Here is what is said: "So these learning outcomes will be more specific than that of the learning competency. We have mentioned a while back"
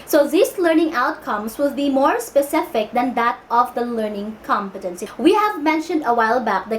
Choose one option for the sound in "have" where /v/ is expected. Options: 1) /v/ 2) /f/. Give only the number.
1